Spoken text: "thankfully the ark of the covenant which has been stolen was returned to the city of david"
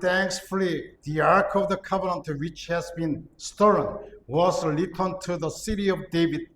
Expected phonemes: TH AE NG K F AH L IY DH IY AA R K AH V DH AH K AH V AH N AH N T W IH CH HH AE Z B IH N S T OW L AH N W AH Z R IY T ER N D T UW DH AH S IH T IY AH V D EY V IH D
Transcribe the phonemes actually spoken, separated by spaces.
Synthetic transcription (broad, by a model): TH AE NG K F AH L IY DH IY AA R K AH V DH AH K AH V AH N AH N T W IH CH HH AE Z B IH N S T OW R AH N W AH Z L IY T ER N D T UW DH AH S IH T IY AH V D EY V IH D